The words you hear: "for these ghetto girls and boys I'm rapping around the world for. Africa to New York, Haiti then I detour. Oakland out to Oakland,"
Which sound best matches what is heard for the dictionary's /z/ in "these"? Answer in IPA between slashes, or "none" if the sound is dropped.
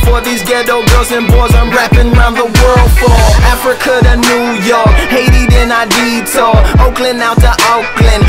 /z/